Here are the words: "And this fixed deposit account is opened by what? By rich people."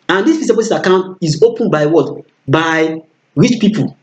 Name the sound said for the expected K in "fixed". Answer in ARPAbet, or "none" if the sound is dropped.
none